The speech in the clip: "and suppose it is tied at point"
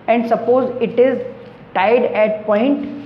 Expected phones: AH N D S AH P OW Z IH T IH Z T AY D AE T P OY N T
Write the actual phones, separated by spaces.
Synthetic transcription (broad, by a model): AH N D S AH P OW Z IH T IH Z T AY D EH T P OY N T